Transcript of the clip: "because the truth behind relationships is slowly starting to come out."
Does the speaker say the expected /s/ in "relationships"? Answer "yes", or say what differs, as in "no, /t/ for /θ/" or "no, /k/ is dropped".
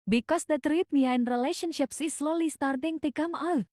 yes